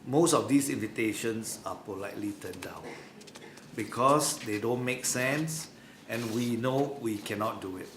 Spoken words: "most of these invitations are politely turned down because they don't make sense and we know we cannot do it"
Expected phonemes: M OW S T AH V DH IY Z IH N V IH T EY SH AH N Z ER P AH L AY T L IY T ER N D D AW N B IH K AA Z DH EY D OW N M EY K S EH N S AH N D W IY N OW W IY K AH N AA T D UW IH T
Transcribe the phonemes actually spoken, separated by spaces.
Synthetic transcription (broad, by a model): M OW S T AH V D IY S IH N V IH T EY SH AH N S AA P AH L AY T L IY T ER N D D AW N B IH K AA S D EY D OW N M EY K S EH N S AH N W IY N OW W IY K AH N AA T D UW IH T